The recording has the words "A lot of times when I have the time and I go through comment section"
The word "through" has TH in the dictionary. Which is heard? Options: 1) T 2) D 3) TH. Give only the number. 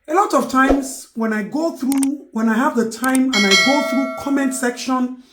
3